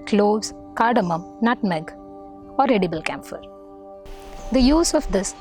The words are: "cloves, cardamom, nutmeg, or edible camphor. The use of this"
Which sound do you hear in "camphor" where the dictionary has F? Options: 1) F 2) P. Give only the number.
1